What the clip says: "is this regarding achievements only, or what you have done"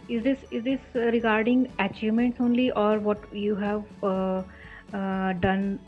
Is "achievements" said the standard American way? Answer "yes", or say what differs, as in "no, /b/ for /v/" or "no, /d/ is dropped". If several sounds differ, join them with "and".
yes